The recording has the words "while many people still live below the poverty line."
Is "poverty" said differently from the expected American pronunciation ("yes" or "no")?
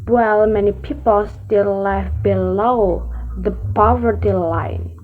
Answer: no